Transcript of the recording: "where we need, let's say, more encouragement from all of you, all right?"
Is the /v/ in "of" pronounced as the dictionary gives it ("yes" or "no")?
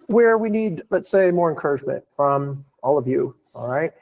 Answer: yes